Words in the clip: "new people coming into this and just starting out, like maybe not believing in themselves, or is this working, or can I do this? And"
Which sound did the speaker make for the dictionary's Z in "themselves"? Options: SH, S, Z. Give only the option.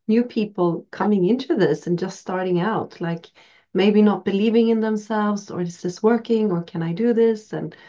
Z